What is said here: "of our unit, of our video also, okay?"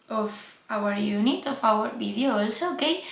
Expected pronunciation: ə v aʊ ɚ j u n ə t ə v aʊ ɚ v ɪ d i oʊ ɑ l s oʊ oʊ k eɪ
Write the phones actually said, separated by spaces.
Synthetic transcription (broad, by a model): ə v aʊ ɚ j u n ə t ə f aʊ ɚ b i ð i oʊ l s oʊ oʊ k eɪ